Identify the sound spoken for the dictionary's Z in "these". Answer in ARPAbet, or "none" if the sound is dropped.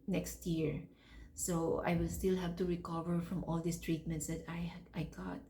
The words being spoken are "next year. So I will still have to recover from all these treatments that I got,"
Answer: S